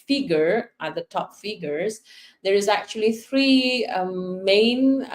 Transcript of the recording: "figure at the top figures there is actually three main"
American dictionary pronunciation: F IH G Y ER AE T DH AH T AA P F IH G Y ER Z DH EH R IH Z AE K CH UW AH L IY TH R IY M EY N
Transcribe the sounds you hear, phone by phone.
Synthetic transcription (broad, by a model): F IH G Y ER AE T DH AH T AA P F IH G Y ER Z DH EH R IH Z AE K CH UW AH L IY TH R IY M EY N